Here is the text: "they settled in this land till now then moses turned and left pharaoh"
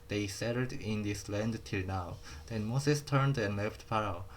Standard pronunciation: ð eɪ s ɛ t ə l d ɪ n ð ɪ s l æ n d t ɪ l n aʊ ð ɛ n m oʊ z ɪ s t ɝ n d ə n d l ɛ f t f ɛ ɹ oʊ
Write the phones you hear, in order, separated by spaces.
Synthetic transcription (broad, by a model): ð eɪ s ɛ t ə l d ɪ n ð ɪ s l æ n d t ɪ l n aʊ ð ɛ n m oʊ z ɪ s t ɝ n d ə n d l ɛ f t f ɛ ɹ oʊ